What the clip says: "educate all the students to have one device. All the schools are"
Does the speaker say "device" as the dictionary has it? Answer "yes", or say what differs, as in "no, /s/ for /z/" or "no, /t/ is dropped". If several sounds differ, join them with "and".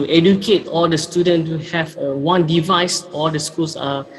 yes